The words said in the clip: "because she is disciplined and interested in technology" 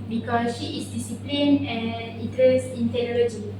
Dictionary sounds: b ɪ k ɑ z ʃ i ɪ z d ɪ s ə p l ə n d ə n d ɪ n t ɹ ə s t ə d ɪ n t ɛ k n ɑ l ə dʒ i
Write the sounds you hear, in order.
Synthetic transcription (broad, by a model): b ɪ k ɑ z ʃ i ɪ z d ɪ s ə p l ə n ə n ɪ t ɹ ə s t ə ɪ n t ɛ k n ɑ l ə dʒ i